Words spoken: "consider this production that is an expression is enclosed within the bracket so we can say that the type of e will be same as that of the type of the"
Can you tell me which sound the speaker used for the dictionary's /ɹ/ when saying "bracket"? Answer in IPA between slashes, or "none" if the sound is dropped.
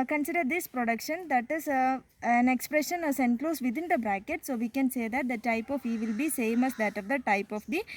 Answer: /ɹ/